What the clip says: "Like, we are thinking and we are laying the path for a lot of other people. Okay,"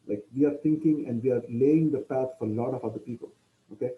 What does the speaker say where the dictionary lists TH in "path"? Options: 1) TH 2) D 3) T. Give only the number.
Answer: 3